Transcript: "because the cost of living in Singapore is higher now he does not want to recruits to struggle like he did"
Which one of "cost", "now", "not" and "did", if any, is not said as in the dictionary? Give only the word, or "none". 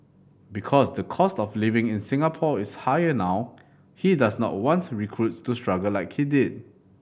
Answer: none